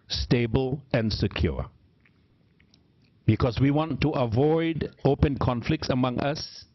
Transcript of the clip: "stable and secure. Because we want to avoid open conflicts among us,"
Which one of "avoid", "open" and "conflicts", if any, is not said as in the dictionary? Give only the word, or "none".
none